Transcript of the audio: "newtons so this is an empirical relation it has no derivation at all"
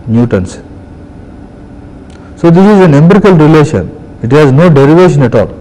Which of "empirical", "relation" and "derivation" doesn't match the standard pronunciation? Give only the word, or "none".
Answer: empirical